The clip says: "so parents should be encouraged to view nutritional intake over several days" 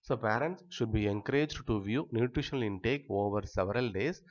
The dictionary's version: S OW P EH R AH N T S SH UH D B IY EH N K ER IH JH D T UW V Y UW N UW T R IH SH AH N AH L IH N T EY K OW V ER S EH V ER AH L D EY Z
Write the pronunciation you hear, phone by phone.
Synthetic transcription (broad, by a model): S OW P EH R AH N T S SH UH D B IY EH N K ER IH JH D T UW V Y UW N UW T R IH SH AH N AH L IH N T EY K OW V ER S EH V ER AH L D EY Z